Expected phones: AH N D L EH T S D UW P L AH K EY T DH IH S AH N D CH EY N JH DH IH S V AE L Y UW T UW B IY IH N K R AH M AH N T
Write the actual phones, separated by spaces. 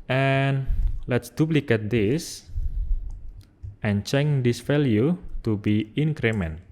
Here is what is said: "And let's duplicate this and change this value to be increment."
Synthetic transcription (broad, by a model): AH N L EH T S D UW P L AH K EY T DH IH S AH N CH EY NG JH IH S F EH L Y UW T UW B IY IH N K R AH M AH N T